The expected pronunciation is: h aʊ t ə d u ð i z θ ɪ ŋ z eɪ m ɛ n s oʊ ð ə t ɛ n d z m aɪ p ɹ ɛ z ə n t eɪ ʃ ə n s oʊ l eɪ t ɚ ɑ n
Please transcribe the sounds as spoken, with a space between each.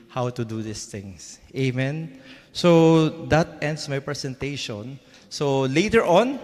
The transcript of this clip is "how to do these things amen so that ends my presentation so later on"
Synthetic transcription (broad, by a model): h aʊ t ə d u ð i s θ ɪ ŋ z eɪ m ɛ n s oʊ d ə t ɛ n d s m aɪ p ɹ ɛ s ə n t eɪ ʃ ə n s oʊ l eɪ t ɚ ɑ n